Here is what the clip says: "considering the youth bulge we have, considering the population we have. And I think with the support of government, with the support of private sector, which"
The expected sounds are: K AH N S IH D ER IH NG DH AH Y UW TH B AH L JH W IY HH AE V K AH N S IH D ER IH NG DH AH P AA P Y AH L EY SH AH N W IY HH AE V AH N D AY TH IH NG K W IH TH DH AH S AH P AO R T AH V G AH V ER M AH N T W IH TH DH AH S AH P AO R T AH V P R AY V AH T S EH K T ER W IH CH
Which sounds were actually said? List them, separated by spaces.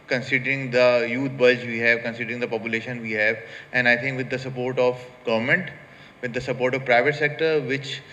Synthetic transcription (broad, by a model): K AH N S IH D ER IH NG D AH Y UW T B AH JH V IY HH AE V K AH N S IH D ER IH NG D AH P AA P Y AH L EY SH AH N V IY HH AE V AH N D AY T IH NG K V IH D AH S AH P AO R T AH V G AH V ER M AH N T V IH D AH S AH P AO R T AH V P R AY V AH T S EH K T ER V IH CH